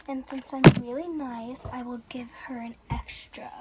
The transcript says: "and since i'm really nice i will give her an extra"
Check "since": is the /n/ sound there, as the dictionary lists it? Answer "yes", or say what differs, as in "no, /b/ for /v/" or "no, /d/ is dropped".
yes